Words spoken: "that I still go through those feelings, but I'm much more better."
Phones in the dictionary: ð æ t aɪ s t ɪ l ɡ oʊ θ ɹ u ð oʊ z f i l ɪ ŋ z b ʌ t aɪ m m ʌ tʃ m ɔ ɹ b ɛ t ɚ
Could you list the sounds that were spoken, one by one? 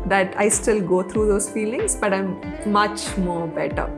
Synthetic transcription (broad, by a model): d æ t aɪ s t ɪ l ɡ oʊ t ɹ u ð oʊ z f i l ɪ ŋ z b ʌ t aɪ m m ʌ tʃ m ɔ ɹ b ɛ t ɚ